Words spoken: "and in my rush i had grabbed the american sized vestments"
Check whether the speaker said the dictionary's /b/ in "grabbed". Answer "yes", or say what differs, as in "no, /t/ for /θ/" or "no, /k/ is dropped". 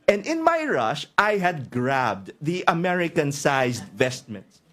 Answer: yes